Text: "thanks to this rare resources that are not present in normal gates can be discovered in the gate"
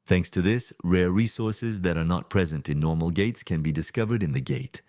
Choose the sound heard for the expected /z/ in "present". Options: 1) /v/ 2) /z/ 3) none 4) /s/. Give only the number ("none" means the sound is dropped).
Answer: 2